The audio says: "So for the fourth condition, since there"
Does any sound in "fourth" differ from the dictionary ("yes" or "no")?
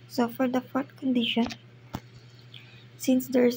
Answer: yes